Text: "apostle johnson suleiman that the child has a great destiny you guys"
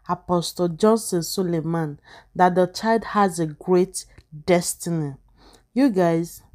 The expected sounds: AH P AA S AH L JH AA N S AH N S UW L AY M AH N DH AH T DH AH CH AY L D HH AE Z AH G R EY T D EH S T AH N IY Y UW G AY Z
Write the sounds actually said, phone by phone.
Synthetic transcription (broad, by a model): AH P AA S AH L JH AA N S AH N S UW L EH M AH N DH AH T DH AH CH AY L D HH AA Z AH G R EY T D EH S T AH N IY Y UW G AY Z